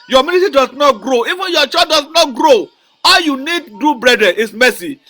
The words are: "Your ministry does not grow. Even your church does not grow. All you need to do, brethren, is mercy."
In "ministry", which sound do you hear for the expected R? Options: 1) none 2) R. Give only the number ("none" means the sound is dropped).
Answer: 1